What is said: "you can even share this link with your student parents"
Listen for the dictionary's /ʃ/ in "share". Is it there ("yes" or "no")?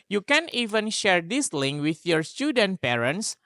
yes